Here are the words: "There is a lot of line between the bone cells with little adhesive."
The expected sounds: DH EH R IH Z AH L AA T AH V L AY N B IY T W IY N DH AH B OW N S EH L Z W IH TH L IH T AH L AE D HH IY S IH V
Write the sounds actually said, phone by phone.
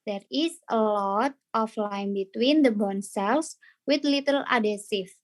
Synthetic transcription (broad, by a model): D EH R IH S AH L AA T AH F L AY N B IY T W IY N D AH B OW N S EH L S W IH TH L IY T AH L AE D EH S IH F